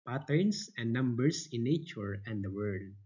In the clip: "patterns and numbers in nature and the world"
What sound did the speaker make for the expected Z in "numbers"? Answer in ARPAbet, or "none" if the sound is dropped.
S